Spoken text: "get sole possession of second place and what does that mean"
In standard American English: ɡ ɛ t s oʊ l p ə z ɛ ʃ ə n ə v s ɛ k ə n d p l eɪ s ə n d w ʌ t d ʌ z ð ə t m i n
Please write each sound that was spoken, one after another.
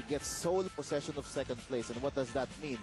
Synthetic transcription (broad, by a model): ɡ ɛ t s oʊ l p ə s ɛ ʃ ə n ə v s ɛ k ə n d p l eɪ s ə n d w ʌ t d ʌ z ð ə t m i n